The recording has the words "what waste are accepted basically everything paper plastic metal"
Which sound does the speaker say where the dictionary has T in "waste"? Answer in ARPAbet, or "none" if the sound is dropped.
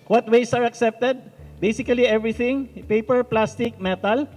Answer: none